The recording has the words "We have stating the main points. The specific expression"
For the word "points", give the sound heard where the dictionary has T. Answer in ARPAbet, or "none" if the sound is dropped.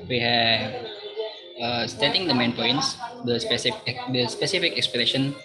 S